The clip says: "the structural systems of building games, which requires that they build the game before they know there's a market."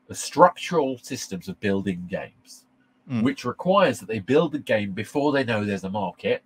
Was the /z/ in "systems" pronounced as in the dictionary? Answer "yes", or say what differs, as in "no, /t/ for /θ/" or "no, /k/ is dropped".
yes